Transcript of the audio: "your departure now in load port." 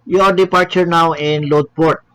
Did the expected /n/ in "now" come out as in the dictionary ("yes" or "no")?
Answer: yes